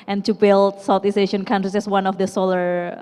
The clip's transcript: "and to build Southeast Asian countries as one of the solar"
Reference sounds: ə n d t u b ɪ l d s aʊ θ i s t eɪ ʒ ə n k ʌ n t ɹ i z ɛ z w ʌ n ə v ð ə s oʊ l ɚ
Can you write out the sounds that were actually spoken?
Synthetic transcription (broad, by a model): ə n t u b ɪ l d s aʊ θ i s eɪ ʃ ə n k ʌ n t ɹ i s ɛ s w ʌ n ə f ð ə s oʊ l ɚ